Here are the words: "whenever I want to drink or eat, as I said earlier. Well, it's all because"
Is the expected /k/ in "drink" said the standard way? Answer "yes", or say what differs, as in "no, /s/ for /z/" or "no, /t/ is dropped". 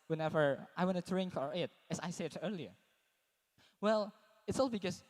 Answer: yes